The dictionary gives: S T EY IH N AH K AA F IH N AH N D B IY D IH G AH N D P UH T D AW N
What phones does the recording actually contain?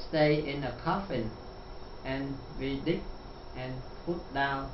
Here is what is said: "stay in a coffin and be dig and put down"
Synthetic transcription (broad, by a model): S T EY IH N AH K AA F IH N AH N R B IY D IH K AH N P UH T D AW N